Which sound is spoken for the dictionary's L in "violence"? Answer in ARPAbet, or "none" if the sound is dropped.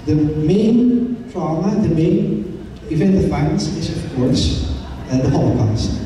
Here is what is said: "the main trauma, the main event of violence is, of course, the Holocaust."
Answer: none